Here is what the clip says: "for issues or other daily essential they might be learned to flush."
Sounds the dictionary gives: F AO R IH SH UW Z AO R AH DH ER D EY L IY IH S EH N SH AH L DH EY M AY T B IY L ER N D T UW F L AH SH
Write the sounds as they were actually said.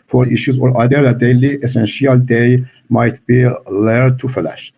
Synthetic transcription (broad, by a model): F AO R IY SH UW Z AO R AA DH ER D EY L IY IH S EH N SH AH L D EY M AY T B IY L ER D T UW F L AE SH